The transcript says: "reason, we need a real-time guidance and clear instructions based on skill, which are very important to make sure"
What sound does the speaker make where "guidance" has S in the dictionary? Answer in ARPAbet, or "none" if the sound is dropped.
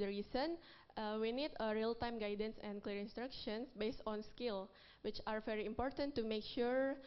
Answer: S